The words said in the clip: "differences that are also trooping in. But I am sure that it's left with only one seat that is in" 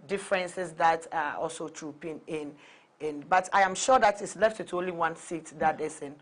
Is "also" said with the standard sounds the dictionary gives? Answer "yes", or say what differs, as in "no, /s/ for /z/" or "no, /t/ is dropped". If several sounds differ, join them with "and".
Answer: yes